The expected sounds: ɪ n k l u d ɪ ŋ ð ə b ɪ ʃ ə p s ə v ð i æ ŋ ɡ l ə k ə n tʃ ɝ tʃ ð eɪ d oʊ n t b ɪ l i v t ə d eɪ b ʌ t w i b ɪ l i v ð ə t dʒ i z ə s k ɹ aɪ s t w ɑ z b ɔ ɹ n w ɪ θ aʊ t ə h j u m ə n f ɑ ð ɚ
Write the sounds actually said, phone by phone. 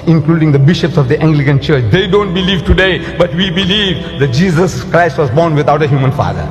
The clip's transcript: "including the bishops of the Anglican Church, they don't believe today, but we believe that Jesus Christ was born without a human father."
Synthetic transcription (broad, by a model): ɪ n k l u d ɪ ŋ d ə b ɪ ʃ ə p s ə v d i æ ŋ ɡ l ə k ə n tʃ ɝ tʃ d eɪ d oʊ n t b ɪ l i v t ə d eɪ b ʌ t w i b ɪ l i v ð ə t dʒ i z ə s k ɹ aɪ s t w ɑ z b ɔ ɹ n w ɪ t aʊ t ə h j u m ə n f ɑ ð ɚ